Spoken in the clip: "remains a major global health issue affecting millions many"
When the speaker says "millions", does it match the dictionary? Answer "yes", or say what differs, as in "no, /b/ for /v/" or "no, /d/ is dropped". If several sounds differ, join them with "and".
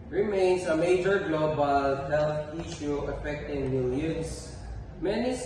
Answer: no, /s/ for /z/